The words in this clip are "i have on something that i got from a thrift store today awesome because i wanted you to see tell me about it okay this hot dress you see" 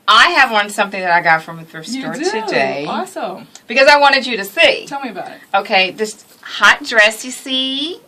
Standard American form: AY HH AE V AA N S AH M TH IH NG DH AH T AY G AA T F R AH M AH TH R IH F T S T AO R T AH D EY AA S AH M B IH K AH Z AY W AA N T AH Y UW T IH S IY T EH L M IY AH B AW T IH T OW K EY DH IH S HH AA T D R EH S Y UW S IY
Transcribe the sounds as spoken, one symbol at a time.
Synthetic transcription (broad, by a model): AY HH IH V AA N S AH M TH IH NG DH AH T AY G AA T F R AH M AH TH AH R S T AO R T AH D EY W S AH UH B IH K AH Z AY W AA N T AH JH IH T IH S IY T EH L M IY AH B AW T IH T OW K EY DH IH S HH AA T D R EH S Y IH S IY